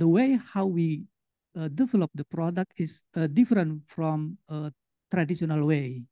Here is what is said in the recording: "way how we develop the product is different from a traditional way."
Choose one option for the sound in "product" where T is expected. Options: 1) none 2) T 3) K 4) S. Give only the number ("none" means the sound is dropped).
2